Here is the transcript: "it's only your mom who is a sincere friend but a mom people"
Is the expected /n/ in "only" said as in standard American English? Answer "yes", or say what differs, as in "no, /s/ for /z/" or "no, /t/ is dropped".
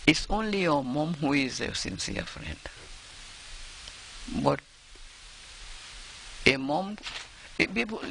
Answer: yes